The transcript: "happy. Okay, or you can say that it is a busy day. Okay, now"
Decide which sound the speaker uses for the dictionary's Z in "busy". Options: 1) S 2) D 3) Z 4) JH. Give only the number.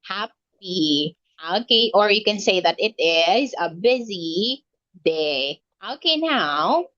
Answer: 3